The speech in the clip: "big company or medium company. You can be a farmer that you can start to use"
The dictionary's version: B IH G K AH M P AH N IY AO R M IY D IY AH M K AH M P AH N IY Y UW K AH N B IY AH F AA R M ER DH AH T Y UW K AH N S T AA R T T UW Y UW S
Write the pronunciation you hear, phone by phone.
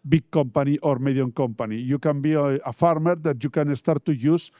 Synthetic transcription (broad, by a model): B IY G K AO M P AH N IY AO R M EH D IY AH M K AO M P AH N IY Y UW K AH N B IY AH F AA R M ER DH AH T Y UW K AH N S T AA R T T UW Y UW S